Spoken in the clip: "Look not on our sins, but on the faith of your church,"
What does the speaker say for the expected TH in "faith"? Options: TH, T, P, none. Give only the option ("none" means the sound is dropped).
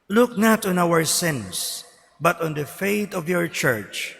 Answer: T